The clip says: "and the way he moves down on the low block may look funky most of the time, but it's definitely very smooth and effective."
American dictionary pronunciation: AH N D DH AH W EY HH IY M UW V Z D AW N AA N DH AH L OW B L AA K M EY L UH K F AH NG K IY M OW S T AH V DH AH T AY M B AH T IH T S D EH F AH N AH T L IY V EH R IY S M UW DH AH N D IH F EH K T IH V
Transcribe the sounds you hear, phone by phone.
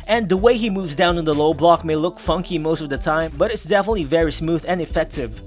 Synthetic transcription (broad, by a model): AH N DH AH W EY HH IY M UW V Z D AW N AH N DH AH L OW B L AA K M EY L UH K F AH NG K IY M OW S T AH V DH AH T AY M B AH T IH T S D EH F AH N AH T L IY V EH R IY S M UW DH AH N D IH F EH K T IH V